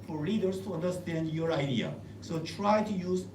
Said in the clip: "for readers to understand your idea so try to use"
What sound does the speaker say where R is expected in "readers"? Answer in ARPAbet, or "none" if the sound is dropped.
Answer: L